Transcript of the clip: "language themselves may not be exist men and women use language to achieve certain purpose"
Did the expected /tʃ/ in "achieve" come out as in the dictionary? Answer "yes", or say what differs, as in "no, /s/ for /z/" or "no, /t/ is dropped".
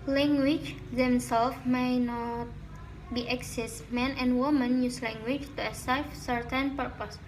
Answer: no, /s/ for /tʃ/